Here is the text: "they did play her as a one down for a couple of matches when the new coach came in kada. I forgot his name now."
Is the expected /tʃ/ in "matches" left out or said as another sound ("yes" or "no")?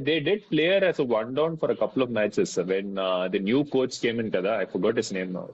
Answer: yes